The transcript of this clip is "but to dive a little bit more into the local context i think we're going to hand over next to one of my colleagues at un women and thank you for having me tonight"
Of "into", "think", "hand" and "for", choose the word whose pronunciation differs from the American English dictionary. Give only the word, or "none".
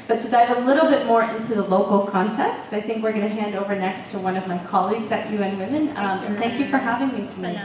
none